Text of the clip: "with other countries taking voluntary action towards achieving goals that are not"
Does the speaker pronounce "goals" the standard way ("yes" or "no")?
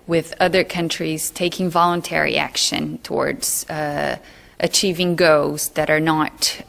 no